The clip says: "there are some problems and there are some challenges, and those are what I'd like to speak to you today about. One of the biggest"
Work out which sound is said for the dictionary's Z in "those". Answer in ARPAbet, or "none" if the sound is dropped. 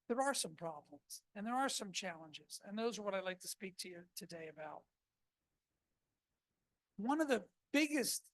Z